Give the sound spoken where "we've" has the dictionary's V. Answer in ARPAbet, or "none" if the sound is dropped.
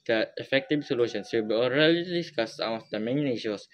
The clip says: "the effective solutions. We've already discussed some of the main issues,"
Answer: B